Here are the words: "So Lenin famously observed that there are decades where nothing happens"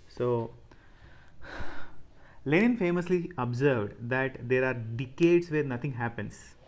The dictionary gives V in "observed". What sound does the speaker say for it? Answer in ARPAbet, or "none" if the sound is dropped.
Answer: V